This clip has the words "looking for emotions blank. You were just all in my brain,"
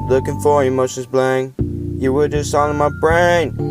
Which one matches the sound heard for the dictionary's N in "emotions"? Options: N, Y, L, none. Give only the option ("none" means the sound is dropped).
none